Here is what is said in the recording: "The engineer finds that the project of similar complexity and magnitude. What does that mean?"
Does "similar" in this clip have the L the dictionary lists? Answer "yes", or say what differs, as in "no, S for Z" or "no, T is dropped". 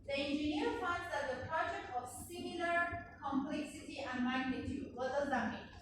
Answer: yes